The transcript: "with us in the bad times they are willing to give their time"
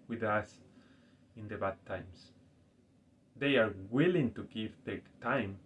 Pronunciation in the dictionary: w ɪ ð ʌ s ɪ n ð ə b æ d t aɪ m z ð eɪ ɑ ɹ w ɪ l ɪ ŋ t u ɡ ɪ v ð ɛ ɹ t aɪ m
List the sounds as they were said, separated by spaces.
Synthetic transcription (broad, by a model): w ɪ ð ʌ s ɪ n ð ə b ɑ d t aɪ m s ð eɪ ɑ ɹ w ɪ l ɪ ŋ t u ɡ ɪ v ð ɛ t aɪ m